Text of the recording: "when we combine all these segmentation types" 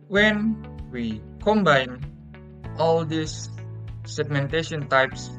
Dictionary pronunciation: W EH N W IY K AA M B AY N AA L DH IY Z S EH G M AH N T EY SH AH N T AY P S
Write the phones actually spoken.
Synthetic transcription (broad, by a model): W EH N W IY K AA M B AY N AA L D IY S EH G M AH N T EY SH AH N T AY P S